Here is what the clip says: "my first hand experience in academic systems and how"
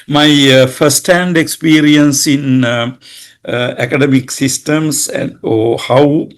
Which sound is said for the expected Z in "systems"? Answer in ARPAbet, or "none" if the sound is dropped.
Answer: S